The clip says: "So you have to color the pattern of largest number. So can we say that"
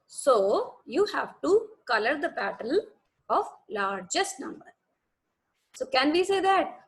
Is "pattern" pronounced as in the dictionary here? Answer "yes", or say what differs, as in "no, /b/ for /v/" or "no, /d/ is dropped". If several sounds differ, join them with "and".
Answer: no, /l/ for /n/